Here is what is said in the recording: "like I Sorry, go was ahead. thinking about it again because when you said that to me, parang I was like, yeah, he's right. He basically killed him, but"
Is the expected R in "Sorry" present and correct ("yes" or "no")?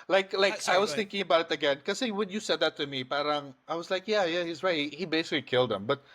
no